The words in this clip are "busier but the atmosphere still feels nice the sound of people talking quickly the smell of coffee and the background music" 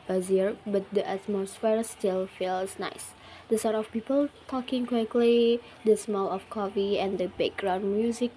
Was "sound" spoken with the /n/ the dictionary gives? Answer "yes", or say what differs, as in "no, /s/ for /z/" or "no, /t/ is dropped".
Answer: no, /n/ is dropped